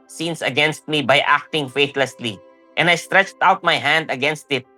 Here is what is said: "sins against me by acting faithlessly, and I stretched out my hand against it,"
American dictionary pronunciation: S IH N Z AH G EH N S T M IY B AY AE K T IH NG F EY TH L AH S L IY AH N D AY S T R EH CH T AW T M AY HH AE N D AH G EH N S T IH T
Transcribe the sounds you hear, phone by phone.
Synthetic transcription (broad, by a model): S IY N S AH G EH N S T M IY B AY AE K T IH NG F EY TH L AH S L IY AH N D AY S T R EH CH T AW T M AY HH AE N D AH G EH N S T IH T